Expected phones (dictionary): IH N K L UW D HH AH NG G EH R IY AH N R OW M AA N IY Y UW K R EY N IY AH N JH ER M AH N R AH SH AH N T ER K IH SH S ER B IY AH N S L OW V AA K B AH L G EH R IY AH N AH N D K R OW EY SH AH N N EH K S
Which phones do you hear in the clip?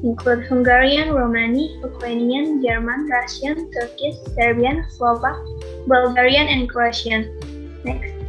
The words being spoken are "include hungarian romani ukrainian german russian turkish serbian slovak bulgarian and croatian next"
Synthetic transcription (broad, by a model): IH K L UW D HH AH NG G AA R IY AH N R OW M AA N IY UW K W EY N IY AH N JH ER M AH N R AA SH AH N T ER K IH S ER B IY AH N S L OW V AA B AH L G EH R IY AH N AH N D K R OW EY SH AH N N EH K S